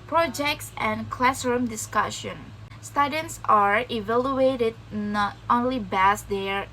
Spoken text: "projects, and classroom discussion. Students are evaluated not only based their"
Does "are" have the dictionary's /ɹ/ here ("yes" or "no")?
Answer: yes